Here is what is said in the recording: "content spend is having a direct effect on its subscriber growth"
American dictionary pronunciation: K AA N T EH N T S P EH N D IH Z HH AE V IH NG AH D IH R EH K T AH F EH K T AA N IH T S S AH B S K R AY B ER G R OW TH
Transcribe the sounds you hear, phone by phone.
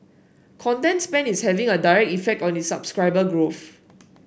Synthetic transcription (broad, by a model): K AA N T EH N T S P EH N IH S HH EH V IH NG AH D IH R EH K T AH F EH K T AA N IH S S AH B S K R AY B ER G R OW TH